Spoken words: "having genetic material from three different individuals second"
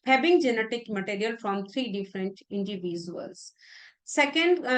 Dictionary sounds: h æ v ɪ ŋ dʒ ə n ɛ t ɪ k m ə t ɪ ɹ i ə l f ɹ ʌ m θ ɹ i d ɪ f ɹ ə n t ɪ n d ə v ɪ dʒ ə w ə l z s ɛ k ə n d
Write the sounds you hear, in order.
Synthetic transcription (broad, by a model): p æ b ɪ ŋ dʒ ə n ɛ t ɪ k m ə t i ɹ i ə l f ɹ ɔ m t ɹ i d ɪ f ɹ ə n t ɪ n d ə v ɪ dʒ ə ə l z s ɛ k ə n d